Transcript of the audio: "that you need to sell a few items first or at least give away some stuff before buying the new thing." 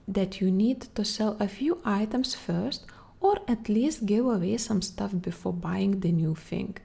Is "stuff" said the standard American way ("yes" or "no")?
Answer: yes